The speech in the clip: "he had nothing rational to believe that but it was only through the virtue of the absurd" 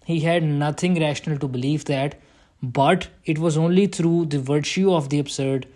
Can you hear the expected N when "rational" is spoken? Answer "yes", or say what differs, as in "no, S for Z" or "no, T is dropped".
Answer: yes